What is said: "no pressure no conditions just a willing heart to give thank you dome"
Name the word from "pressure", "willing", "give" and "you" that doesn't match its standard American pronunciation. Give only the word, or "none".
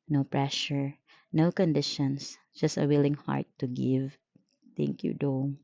none